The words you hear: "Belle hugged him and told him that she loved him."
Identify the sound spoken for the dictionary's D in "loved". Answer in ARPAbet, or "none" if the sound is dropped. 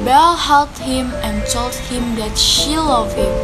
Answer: none